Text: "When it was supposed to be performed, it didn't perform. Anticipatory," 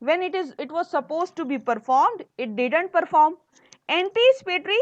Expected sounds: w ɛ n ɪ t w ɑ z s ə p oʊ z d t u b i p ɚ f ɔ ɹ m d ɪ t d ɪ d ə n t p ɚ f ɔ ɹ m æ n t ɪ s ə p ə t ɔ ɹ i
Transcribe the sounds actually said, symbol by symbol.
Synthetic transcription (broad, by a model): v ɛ n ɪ t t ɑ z s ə p oʊ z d t u b i p ɚ f ɔ ɹ m d ɪ t d ɪ d ə n t p ɚ f ɔ ɹ m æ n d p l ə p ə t ɹ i